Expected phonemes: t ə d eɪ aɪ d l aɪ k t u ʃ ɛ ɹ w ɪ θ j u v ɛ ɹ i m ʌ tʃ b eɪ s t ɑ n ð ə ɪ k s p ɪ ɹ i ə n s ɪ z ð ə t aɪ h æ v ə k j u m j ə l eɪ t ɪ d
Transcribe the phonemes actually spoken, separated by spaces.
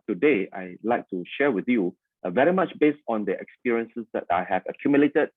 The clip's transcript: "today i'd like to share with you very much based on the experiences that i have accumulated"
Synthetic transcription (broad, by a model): t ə d eɪ aɪ l aɪ k t u ʃ ɛ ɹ w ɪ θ j u v ɛ ɹ i m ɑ tʃ b eɪ s t ɑ n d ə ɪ k s p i ɹ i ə n s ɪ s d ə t aɪ h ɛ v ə k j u m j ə l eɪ t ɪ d